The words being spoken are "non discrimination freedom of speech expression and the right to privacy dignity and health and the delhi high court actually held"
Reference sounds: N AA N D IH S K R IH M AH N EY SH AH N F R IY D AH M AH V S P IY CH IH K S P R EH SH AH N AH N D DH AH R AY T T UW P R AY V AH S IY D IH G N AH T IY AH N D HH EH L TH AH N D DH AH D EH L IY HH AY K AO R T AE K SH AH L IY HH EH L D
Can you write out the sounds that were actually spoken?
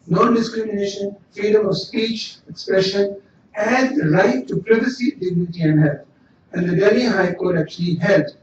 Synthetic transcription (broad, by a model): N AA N D IH S K R IH M AH N EY SH AH N F R IY D AH M AH V S P IY CH IH K S P R EH SH AH N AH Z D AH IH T T UW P R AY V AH S IY D IH G N AH T IY AH N D HH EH L T AH N D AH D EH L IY HH AY K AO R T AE K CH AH L IY HH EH L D